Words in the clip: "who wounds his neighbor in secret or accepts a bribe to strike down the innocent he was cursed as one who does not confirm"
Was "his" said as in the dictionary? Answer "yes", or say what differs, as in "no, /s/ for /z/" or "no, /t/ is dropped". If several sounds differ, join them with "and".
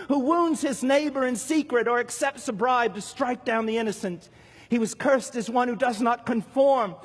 yes